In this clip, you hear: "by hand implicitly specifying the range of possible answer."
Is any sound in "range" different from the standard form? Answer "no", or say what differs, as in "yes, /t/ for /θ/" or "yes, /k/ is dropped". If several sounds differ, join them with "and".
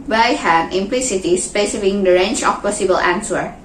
yes, /tʃ/ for /dʒ/